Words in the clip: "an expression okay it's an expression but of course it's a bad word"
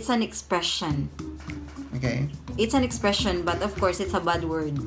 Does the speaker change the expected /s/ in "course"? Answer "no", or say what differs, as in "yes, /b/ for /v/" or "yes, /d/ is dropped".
no